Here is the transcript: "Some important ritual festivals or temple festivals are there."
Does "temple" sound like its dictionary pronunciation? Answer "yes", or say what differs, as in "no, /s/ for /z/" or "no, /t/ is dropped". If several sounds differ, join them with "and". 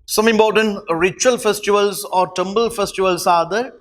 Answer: no, /b/ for /p/